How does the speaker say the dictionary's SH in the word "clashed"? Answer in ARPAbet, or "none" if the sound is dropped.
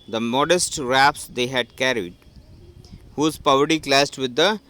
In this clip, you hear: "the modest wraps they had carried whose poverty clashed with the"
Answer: S